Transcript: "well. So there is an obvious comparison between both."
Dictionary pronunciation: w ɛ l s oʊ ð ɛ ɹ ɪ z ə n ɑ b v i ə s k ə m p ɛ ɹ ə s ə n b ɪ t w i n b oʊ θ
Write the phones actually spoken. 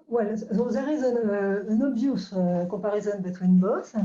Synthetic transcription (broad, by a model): w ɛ l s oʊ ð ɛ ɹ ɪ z ə n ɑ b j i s k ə p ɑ ɹ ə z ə n b ɪ t w i n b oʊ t